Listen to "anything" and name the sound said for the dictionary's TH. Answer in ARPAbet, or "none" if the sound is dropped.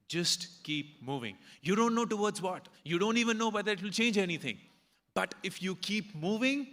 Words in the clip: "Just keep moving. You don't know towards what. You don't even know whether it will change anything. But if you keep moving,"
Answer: T